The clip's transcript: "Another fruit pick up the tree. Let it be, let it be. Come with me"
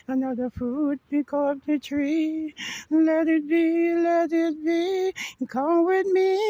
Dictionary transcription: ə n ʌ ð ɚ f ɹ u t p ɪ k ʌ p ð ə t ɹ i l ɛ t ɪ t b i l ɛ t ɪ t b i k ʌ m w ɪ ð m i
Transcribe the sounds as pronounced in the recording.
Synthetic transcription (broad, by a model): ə n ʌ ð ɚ f u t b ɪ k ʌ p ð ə t ɹ i l ɛ t ɪ t b i l ɛ t ɪ t b i k ʌ m w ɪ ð m i